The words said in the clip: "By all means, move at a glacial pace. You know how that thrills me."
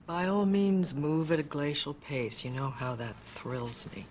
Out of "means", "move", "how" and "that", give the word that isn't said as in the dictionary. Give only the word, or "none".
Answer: none